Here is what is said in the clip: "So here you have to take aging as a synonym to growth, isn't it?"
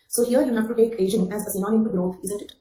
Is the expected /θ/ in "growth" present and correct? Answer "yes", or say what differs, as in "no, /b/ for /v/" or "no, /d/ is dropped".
no, /f/ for /θ/